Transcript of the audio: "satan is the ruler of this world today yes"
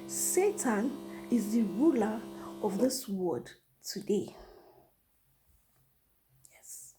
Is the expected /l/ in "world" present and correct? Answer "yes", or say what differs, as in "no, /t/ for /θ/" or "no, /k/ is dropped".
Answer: no, /l/ is dropped